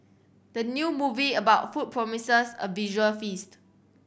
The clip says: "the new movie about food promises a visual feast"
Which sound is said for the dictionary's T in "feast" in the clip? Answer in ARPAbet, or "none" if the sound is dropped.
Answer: T